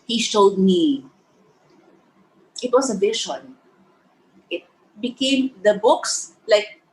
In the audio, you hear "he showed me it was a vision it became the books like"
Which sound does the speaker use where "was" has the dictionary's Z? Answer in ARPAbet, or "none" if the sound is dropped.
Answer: S